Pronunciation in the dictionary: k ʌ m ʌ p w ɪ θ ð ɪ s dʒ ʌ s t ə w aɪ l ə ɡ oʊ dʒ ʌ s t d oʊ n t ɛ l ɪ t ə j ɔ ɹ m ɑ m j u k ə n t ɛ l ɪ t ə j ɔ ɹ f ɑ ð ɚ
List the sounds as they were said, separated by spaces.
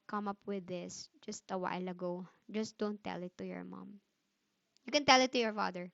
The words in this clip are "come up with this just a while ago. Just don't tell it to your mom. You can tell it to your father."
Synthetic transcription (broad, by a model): k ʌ m ʌ p w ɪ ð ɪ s dʒ ʌ s t ə w aɪ l ə ɡ oʊ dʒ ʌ s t d oʊ n t ɛ l ɪ t ə j ɔ ɹ m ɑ m j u k ə n t ɛ l ɪ t ə j ɔ ɹ f ɑ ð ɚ